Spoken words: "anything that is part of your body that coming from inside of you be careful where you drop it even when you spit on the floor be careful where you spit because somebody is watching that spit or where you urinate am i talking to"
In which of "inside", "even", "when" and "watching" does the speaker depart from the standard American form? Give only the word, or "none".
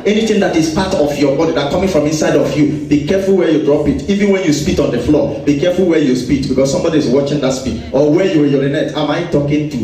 none